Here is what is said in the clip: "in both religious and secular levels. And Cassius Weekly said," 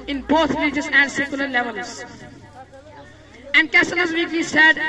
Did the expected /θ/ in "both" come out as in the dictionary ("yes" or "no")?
no